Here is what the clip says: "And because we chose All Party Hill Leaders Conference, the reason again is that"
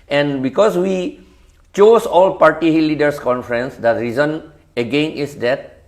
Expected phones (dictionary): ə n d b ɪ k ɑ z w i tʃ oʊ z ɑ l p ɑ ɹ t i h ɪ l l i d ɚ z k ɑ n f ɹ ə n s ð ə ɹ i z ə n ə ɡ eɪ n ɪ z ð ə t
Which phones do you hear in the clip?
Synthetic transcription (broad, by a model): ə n d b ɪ k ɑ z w i tʃ oʊ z ɑ l p ɑ ɹ t i h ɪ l l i d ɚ s k ɑ n f ɹ ə n s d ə ɹ i z ə n ə ɡ eɪ n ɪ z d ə t